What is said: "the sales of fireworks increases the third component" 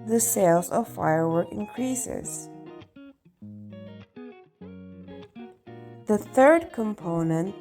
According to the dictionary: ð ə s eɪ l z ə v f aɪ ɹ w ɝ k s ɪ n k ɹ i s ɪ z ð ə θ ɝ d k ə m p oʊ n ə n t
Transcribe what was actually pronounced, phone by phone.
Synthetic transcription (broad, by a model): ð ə s eɪ l z ə v f aɪ ɹ w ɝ k ɪ n k ɹ i s ɪ z ð ə θ ɝ d k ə m p oʊ n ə n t